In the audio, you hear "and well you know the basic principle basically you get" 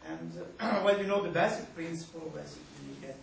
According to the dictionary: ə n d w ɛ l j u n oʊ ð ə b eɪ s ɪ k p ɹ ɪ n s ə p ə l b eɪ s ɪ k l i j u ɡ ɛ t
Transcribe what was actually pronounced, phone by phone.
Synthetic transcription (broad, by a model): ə n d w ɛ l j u n oʊ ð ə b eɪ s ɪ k p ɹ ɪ n s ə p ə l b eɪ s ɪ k i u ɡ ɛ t